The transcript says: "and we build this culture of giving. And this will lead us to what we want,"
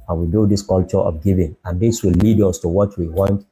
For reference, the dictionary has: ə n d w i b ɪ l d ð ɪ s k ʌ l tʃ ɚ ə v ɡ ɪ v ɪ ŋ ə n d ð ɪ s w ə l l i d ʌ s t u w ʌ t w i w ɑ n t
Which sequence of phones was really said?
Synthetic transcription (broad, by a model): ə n w i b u d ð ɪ s k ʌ l tʃ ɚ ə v ɡ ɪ v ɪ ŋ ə n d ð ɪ s w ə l l i d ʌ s t u w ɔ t w i w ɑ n t